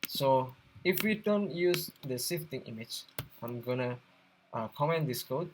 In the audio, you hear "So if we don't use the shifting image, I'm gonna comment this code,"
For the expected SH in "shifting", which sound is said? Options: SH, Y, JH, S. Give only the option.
S